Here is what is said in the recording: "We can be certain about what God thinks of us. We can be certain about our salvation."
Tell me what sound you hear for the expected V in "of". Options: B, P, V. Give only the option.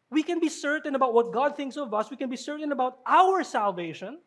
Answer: V